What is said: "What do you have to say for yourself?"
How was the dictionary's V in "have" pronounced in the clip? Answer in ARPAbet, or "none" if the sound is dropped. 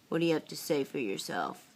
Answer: P